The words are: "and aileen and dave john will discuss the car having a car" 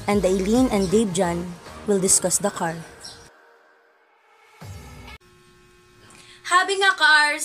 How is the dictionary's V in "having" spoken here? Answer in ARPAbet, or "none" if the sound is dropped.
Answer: B